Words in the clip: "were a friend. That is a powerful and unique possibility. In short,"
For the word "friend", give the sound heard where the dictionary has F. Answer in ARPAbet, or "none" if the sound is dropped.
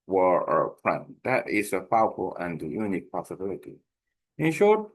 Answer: P